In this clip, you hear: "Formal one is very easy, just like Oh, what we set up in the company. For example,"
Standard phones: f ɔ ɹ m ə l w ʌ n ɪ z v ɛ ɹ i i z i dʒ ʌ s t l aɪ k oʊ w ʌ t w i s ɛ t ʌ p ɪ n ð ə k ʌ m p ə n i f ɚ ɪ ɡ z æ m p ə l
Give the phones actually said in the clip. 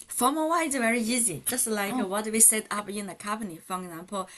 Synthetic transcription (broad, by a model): f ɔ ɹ m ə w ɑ ɪ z v ɛ ɹ i i z i dʒ ʌ s t l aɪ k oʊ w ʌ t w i s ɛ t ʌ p ɪ n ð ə k ʌ m p ə n i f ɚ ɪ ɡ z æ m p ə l